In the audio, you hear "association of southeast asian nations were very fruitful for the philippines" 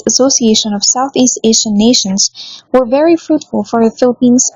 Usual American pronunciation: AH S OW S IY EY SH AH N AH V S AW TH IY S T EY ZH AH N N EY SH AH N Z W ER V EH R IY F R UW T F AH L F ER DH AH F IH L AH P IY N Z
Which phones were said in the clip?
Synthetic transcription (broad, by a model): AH S OW S IY EY SH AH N AH V S AW TH IY S T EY S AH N N EY SH AH N Z W ER V EH R IY F R UW T F AH L F ER DH AH F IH L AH P IY N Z